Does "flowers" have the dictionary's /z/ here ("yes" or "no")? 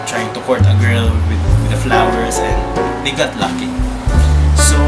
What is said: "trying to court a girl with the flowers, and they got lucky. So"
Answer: no